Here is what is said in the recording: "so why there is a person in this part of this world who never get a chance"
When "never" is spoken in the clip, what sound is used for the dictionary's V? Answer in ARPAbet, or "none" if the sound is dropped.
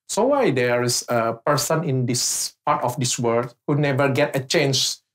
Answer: V